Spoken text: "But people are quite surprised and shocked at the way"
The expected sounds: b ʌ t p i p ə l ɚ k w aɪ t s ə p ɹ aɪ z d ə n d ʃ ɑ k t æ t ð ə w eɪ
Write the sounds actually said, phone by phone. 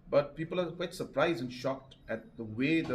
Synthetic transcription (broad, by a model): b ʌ t p i p ə l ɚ k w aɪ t s ə p ɹ aɪ z d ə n ʃ ɑ k t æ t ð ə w eɪ